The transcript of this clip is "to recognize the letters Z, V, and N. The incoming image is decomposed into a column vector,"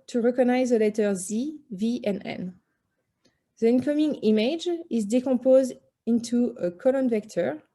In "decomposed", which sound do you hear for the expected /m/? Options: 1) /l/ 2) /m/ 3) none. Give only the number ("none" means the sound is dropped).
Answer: 3